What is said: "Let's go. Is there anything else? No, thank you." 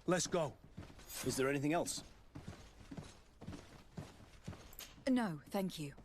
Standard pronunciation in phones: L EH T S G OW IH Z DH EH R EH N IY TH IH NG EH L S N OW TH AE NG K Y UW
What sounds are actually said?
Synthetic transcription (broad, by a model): L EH T S G OW IH Z DH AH R EH N IY TH IH NG EH L S N OW TH AE NG K Y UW